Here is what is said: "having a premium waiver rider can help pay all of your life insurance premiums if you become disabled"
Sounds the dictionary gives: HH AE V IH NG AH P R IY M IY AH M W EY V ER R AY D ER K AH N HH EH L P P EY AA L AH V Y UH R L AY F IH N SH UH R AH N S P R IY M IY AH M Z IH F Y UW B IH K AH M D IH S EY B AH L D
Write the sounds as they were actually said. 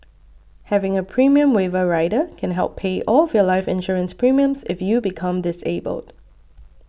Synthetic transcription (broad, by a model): HH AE V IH NG AH P R IY M IY AH M W EY V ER R AY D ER K AH N HH EH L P P EY AA L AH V Y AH L AY F IH N SH UH R AH N S P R IY M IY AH M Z IH F Y UW B IH K AH M D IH S EY B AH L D